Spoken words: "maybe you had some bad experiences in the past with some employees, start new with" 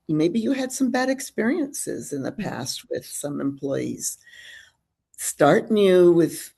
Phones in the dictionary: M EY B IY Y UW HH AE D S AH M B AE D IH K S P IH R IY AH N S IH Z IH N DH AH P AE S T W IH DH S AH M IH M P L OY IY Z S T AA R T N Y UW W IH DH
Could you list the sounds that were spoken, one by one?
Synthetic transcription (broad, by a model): M EY B IY Y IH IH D S AH M B AE D IH K S P IH R IY AH N S IH Z IH N DH AH P AE S T W IH DH S AH M IH M P L OY IY Z S T AA R T N Y UW W IH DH